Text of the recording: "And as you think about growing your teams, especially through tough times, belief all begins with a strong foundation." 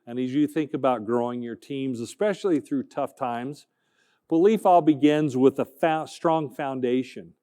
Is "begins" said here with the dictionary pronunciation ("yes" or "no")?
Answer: yes